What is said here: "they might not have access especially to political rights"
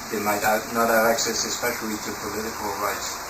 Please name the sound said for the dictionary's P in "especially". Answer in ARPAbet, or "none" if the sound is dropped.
P